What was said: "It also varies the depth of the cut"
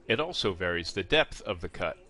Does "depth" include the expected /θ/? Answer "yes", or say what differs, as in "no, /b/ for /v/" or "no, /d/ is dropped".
yes